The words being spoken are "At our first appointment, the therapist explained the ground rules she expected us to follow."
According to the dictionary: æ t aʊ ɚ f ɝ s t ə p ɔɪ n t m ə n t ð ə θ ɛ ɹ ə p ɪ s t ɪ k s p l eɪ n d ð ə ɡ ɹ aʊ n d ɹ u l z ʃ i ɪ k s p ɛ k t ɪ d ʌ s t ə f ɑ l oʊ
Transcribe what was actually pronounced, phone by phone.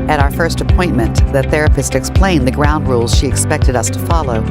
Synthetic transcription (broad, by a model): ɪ t aʊ ɚ f ɝ s t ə p ɔɪ n m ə n ð ə θ ɛ ɹ ə p ɪ s t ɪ k s p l eɪ n ð ə ɡ ɹ aʊ n d ɹ u l z ʃ i ɪ k s p ɛ k t ɪ d ʌ s t ə f ɑ l oʊ